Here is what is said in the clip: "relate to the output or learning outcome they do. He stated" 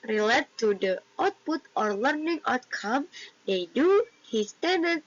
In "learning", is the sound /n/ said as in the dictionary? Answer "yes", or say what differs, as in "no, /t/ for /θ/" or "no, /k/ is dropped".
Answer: yes